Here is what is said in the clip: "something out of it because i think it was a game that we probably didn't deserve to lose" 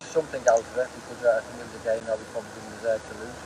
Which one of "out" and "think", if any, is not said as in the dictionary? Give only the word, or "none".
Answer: none